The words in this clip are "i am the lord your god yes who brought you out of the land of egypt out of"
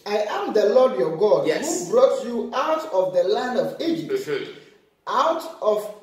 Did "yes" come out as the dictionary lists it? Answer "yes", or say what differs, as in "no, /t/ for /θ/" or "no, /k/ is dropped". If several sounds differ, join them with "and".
no, /s/ is dropped